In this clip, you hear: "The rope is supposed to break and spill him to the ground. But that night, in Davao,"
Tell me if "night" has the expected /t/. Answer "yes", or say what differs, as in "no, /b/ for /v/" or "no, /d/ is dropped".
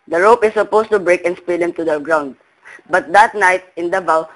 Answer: yes